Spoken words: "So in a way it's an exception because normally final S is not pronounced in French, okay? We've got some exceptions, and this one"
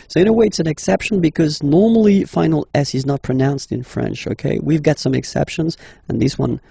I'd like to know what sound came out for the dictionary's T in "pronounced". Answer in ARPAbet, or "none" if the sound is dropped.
T